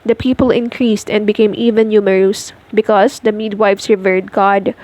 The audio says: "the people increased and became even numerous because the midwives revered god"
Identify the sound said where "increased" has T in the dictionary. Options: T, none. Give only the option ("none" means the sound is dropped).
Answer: T